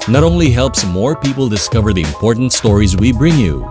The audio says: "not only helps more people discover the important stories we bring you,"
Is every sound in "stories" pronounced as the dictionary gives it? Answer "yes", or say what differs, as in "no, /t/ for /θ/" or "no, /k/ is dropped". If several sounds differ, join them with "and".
yes